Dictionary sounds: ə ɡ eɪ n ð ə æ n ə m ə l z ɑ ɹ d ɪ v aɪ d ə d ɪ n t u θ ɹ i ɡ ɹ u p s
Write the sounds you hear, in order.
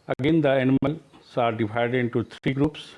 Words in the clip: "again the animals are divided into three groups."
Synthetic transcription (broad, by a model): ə ɡ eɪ n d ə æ n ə m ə l s ɑ ɹ d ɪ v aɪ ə d ɪ n t u t ɹ i ɡ ɹ u p s